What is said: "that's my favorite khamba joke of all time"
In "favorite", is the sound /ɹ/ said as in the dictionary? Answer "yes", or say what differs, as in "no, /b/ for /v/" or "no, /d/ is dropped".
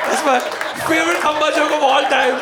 no, /ɹ/ is dropped